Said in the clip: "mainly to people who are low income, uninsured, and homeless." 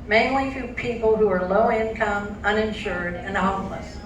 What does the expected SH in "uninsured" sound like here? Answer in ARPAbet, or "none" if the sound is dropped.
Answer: SH